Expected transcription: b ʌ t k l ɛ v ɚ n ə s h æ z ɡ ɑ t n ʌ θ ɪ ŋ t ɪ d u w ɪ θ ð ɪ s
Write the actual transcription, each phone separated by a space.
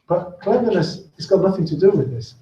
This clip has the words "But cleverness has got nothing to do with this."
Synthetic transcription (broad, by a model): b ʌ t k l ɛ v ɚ ə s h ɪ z ɡ ɑ t n ʌ θ ɪ ŋ t ɪ d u w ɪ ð ɪ s